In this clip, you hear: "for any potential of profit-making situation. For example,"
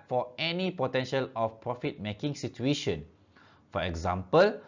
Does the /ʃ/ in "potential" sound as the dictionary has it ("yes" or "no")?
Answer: yes